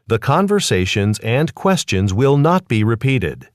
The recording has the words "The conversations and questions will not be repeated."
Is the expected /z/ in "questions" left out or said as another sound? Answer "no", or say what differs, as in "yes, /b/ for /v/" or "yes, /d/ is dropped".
no